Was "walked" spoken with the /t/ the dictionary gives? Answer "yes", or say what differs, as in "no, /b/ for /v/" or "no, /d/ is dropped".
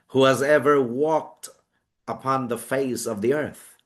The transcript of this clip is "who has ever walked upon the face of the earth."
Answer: yes